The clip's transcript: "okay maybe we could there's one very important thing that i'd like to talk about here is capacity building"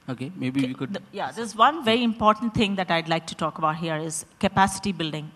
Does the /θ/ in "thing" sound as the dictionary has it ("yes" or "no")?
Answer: no